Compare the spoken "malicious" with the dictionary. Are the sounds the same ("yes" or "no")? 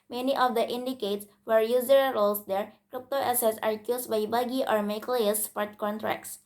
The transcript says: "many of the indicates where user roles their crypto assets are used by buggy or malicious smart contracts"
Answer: no